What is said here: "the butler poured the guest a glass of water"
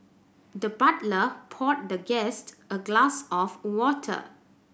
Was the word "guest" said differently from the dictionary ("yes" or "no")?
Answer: no